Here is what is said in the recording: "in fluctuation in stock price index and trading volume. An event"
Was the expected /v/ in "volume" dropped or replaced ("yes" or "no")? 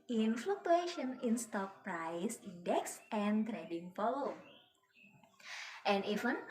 yes